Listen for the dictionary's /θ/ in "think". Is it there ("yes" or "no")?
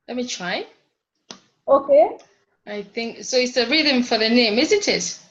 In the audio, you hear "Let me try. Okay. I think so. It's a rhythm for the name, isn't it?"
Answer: yes